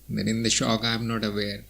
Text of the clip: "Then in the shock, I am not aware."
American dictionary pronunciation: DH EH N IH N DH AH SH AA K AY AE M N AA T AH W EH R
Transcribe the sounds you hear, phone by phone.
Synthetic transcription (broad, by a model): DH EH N IH N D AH SH AA K AY M N AA T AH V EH R